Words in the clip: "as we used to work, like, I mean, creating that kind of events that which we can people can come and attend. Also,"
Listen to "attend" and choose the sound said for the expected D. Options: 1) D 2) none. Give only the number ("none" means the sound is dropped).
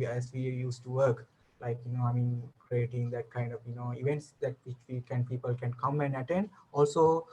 1